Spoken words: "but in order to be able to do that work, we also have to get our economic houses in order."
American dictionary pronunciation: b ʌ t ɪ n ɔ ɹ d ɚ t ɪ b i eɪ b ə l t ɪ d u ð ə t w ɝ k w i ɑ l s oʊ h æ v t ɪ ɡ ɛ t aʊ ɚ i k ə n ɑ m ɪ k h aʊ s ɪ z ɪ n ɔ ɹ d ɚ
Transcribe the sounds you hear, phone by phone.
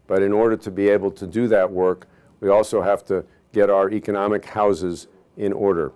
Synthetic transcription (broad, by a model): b ʌ t ɪ n ɔ ɹ d ɚ t ɪ b i eɪ b l t ɪ d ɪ ð ə t w ɝ k w i ɑ l s oʊ h æ f t ɪ ɡ ɛ t aʊ ɚ i k ə n ɑ m ɪ k h aʊ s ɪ z ɪ n ɔ ɹ d ɚ